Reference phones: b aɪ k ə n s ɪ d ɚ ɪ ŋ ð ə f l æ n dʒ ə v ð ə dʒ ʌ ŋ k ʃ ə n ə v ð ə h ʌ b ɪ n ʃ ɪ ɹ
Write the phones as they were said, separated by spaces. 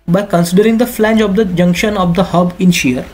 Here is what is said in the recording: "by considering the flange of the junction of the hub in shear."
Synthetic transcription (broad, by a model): b aɪ k ə n s ɪ d ɚ ɪ ŋ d ə f l æ n dʒ ə v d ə dʒ ʌ ŋ k ʃ ə n ə v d ə h ʌ b ɪ n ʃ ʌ ɹ